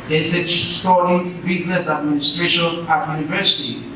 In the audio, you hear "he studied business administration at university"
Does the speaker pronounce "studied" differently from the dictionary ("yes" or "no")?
yes